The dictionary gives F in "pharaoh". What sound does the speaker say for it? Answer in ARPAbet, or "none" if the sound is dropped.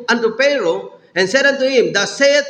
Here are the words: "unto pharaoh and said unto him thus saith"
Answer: P